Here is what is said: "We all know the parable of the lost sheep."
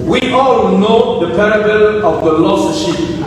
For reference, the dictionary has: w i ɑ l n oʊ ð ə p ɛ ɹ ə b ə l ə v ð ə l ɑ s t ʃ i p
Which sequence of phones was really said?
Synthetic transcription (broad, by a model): w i ɑ l n oʊ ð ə p ɛ ɹ ə b ə l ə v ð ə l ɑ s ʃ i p